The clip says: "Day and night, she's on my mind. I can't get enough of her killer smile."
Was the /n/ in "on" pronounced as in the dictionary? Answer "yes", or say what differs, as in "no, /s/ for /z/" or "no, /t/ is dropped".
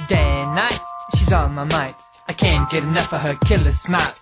no, /l/ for /n/